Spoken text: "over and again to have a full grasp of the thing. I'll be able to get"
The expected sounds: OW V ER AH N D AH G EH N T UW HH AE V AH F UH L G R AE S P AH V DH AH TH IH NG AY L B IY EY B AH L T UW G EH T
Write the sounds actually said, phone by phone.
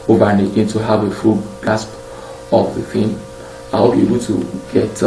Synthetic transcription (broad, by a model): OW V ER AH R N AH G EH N T UW HH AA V AH F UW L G AA S P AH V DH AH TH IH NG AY W B IY EY B AH L T UW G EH T